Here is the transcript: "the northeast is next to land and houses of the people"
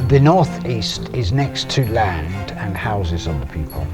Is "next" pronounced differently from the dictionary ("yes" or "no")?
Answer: no